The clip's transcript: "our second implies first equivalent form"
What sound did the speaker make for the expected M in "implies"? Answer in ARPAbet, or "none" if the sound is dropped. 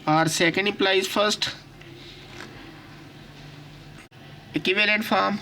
none